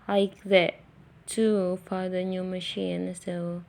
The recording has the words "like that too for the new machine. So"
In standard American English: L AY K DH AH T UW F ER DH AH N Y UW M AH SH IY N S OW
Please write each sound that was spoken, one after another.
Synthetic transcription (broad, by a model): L AY K DH AH T UW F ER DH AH N Y UW M AH SH IY N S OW